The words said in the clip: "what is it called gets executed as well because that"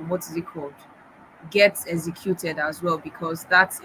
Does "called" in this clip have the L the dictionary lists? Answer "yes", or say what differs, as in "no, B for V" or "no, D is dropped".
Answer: no, L is dropped